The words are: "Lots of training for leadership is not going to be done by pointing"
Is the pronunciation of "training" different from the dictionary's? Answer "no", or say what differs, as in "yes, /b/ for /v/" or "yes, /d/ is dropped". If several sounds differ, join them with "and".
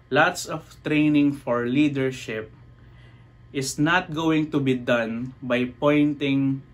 no